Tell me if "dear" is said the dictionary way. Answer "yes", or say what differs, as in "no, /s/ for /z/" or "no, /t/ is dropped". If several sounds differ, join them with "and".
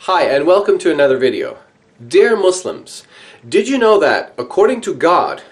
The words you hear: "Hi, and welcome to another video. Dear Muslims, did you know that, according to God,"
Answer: yes